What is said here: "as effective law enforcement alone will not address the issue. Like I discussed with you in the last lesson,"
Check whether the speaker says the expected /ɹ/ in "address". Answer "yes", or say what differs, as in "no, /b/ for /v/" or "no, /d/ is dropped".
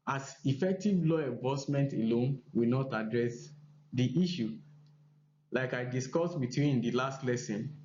yes